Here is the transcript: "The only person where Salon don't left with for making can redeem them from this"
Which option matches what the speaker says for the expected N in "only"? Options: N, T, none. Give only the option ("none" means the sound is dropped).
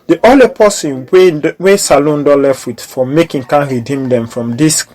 none